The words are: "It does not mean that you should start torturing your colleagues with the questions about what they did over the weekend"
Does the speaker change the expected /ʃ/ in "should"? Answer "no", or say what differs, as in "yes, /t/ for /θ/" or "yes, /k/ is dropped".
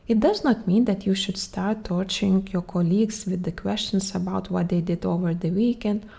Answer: no